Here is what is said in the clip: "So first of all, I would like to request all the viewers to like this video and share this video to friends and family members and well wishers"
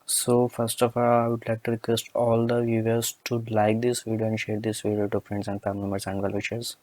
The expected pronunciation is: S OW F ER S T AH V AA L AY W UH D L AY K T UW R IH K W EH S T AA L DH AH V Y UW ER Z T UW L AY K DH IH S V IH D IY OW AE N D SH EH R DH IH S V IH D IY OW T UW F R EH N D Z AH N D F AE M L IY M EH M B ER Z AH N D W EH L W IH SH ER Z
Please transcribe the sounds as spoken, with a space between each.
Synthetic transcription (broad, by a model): S OW F ER S T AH F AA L AY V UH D L AY K T UW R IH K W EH S T AA L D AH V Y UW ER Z T UW L AY K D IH S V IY D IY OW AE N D SH EH R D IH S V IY D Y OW T UW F R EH N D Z AH N D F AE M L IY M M ER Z AH N D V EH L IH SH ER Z